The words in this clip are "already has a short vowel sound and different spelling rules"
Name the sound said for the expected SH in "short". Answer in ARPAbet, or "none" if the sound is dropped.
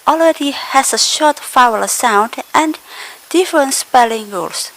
SH